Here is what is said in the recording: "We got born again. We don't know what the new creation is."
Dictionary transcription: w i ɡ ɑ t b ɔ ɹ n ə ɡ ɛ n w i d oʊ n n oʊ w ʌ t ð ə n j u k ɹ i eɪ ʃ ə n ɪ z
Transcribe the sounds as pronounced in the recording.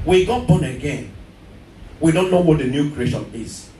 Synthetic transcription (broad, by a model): w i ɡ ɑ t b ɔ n ə ɡ ɛ n w i d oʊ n n oʊ w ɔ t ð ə n j u k ɹ i eɪ ʃ ə n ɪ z